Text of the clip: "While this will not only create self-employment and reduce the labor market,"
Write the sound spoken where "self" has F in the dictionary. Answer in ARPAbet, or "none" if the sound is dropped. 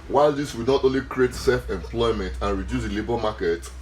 F